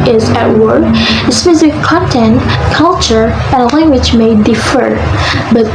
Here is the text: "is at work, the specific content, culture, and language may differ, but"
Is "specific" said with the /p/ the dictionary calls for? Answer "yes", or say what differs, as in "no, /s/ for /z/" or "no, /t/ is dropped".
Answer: no, /f/ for /p/